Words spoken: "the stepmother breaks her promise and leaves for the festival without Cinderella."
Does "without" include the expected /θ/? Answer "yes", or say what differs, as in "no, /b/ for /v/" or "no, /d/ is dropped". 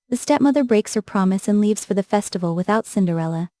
yes